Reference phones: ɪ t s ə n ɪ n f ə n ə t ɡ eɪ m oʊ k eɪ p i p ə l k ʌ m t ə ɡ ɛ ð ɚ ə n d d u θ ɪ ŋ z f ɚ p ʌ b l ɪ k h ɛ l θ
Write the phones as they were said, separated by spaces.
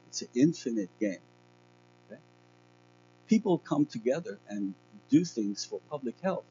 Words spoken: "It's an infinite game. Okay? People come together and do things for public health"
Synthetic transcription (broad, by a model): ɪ t s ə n ɪ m f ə n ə t ɡ eɪ m oʊ k eɪ p i p l k ʌ m t ə ɡ ɛ ð ɚ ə n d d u θ ɪ ŋ z f ɚ p ʌ b l ɪ k h ɛ l θ